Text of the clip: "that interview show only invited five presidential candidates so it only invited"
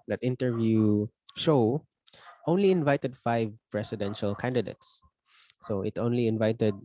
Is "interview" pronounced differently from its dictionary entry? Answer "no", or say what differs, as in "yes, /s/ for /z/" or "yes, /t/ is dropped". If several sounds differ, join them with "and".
no